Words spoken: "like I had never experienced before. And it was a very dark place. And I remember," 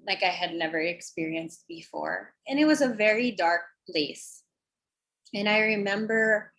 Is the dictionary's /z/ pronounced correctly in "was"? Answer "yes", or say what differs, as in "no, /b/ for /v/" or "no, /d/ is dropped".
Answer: yes